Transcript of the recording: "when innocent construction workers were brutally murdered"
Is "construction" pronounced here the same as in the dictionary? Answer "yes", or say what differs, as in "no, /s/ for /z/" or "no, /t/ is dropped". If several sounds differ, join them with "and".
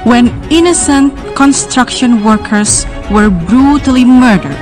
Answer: yes